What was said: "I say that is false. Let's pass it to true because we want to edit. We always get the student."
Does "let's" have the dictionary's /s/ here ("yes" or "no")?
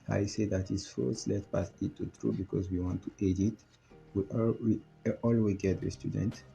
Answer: no